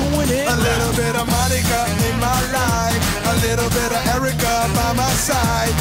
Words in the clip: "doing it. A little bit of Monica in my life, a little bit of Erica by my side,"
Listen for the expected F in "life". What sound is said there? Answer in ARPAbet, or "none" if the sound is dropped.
none